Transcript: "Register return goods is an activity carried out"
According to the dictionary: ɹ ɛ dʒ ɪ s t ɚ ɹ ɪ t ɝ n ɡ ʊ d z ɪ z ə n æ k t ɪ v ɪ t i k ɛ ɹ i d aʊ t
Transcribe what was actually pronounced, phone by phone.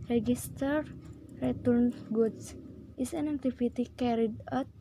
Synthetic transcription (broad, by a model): ɹ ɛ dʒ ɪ s t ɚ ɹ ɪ t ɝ n ɡ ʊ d s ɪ s ə n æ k t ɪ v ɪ t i k ɛ ɹ i d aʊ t